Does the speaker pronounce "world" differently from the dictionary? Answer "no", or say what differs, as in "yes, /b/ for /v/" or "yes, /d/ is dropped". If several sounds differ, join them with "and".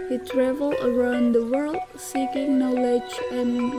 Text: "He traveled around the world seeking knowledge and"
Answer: no